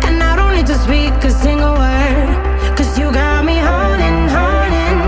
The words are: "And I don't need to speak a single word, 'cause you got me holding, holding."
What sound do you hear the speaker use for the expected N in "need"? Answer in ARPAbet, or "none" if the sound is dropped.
L